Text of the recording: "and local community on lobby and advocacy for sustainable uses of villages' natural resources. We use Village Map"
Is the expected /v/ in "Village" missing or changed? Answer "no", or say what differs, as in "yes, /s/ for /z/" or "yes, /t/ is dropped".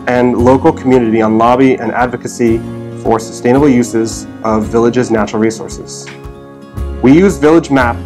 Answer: no